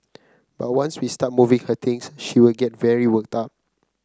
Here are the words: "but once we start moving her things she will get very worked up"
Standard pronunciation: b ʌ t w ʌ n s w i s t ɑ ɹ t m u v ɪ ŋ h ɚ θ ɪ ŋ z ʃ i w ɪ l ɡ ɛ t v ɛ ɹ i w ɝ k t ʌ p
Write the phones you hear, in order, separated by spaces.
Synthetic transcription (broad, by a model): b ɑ t w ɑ n s w i s t ɑ t m u v ɪ ŋ h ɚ t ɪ ŋ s ʃ i w ɪ l ɡ ɛ t v ɛ ɹ i w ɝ k t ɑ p